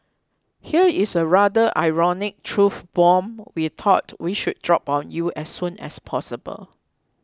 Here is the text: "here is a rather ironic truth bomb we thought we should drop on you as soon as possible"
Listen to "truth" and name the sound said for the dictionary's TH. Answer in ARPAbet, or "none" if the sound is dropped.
F